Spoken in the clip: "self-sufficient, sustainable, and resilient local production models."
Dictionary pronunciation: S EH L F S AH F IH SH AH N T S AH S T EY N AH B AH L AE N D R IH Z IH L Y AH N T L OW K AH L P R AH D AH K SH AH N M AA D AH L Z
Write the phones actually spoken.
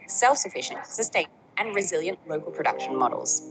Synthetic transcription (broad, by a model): S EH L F S AH F IH SH AH N T S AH S T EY AH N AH N R IH Z IH L Y AH N T L OW K AH L P R AH D AH K SH AH N M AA D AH L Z